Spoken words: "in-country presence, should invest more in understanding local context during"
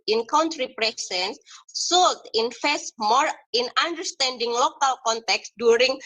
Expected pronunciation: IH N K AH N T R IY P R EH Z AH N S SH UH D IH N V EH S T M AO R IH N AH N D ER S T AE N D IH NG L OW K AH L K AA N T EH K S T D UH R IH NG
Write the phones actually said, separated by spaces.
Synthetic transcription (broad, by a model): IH N K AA N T R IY P R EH S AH N S S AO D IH N F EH S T M AO R IH N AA N D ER S T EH N D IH NG L OW K AH L K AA N T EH K S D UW R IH NG